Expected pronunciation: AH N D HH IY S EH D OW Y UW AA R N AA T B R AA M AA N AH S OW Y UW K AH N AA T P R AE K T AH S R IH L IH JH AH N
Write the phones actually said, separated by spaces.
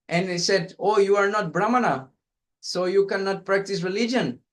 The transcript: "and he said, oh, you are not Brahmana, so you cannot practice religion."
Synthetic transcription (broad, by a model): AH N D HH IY S EH D OW Y UW AA R N AA T B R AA M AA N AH S OW Y UW K AH N AA T P R AE K T AH S R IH L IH JH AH N